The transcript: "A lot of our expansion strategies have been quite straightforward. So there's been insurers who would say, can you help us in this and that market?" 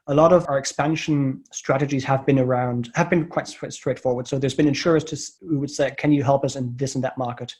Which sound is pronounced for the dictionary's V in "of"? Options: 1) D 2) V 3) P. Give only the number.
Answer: 2